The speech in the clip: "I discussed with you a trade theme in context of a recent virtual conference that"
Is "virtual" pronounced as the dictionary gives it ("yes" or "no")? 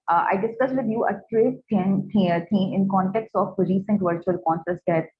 yes